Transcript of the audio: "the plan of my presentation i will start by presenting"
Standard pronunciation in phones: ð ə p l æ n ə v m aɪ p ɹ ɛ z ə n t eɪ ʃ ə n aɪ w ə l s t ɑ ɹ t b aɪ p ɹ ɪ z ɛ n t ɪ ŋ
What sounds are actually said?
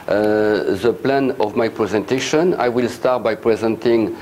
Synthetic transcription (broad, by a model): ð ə p l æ n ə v m aɪ p ɹ ɛ z ə n t eɪ ʃ ə n aɪ w ə l s t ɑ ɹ t b aɪ p ɹ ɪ z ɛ n t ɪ ŋ